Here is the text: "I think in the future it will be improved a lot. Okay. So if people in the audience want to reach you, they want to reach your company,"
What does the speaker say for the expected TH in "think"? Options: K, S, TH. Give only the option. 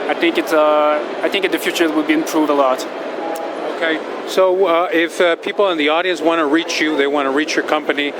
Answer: TH